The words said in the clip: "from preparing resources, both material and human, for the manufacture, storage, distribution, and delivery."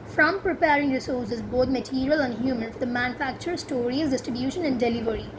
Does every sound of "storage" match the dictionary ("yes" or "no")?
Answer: no